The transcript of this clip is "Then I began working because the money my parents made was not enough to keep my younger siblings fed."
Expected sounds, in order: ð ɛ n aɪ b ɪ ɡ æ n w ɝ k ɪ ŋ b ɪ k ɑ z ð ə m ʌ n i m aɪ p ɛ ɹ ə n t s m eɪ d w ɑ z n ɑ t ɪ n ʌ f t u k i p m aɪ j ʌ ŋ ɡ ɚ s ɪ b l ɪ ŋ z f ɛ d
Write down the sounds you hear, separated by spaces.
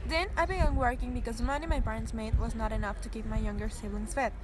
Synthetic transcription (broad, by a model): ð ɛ n aɪ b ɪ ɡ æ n w ɝ k ɪ ŋ b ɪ k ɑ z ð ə m ʌ n i m aɪ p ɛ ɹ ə n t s m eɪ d w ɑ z n ɑ t ɪ n ʌ f t u k i p m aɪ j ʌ ŋ ɡ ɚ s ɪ l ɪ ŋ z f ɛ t